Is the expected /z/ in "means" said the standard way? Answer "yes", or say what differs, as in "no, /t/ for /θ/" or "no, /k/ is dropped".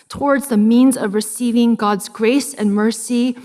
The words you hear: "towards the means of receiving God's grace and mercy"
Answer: yes